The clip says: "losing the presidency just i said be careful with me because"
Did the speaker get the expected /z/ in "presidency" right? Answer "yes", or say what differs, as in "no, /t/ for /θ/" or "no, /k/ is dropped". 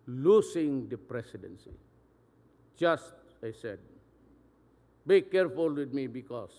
no, /s/ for /z/